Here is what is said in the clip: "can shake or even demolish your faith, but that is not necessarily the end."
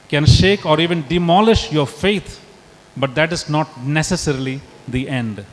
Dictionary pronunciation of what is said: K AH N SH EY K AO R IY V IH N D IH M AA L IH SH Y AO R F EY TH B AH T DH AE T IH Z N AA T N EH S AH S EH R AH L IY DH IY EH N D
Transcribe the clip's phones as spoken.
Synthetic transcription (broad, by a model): K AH N SH EY K AO R IY V IH N D IH M AA L IH SH Y AO R F EY T B AH T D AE T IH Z N AA T N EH S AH S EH R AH L IY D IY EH N D